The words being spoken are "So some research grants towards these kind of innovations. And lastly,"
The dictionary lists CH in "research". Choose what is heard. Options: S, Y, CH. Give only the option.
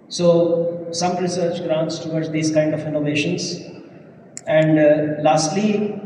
CH